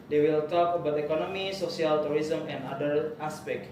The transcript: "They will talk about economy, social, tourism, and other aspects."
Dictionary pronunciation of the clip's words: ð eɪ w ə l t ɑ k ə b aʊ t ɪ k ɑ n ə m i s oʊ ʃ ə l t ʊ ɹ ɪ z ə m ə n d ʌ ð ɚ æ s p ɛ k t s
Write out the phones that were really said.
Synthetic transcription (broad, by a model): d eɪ w ə l t ɑ k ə b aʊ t ɪ k ɑ n ə m i s oʊ s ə l t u ɹ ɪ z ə m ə n d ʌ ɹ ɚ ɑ s p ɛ k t